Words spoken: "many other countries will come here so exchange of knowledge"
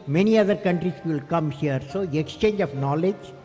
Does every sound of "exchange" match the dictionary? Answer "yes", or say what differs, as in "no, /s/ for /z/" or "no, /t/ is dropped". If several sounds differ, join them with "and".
yes